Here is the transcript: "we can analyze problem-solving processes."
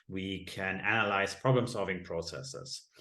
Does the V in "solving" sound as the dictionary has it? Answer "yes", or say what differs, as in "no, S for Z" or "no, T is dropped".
yes